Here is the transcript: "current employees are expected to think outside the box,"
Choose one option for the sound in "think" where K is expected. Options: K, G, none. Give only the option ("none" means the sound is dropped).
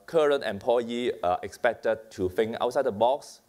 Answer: none